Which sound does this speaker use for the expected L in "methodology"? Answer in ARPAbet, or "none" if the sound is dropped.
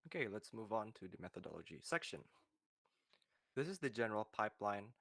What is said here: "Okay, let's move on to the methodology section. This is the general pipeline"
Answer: L